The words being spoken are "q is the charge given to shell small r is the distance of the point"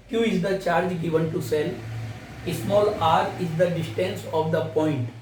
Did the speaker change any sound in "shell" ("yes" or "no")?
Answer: yes